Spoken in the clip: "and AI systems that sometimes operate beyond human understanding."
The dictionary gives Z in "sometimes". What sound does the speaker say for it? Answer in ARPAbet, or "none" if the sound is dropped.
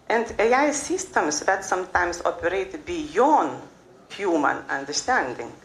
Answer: S